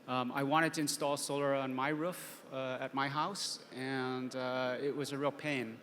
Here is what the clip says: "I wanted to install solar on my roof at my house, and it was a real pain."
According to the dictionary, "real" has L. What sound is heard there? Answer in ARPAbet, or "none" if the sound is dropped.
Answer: L